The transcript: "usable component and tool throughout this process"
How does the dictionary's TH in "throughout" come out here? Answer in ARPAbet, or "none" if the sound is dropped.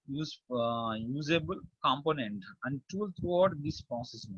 T